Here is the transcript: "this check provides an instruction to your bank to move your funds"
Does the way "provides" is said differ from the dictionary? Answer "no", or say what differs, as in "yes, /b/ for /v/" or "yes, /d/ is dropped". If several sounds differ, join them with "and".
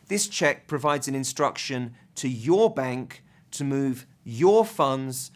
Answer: no